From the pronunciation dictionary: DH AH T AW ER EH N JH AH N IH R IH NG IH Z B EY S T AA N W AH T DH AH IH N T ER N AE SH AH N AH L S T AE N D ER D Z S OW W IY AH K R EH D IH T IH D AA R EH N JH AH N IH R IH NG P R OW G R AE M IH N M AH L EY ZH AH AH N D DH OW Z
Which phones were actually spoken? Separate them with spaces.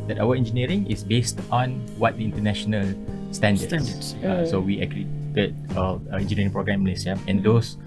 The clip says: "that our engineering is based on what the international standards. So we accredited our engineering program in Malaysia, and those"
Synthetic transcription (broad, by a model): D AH T AW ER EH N JH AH N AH R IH NG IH S B EY S T AA N W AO T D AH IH N T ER N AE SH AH N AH L S T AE N D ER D S OW W IY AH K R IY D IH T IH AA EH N JH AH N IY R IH NG P R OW G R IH M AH L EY S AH AH N D OW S